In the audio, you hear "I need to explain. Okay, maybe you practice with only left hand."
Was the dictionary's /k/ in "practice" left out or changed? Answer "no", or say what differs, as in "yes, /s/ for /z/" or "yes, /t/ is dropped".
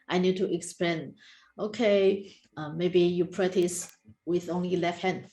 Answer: yes, /k/ is dropped